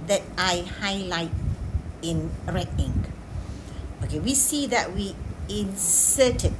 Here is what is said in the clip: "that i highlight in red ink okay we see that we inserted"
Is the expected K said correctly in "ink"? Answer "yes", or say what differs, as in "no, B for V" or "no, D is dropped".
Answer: no, K is dropped